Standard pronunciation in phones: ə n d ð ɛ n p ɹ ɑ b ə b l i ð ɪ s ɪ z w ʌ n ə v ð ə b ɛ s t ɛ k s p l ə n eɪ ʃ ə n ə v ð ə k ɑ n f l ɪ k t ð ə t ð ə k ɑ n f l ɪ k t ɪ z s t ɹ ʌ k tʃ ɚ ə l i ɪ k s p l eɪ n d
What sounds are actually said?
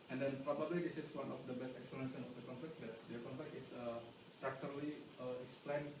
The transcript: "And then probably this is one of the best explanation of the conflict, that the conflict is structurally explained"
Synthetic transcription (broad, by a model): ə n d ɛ n p ɹ ɑ b ə b l i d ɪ s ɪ s w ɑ n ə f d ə b ɛ s t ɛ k s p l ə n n s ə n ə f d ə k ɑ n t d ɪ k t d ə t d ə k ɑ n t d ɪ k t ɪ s s t ɹ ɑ k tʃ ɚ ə l i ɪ k s p l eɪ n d